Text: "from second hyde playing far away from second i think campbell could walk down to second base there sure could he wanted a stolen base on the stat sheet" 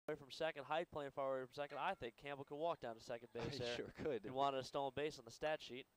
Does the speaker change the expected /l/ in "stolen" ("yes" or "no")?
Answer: yes